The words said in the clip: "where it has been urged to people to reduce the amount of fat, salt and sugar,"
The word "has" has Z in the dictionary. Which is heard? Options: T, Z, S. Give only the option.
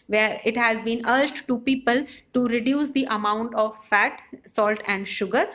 Z